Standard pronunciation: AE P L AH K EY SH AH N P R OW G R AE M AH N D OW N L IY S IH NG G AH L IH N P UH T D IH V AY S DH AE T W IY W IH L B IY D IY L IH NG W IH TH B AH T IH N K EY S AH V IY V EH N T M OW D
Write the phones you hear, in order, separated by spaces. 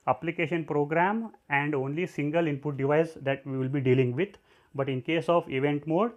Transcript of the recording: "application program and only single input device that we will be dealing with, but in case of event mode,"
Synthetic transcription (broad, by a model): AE P L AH K EY SH AH N P R OW G R AE M AH N D OW N L IY S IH NG G AH L IH N P UH T D IH V AY S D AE T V IY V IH L B IY D IY L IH NG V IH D B AH T IH N K EY S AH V IY V EH N T M OW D